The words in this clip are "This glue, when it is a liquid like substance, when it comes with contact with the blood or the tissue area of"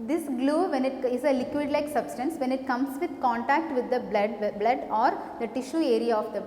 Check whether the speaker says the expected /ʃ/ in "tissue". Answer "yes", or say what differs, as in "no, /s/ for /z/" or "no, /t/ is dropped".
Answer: yes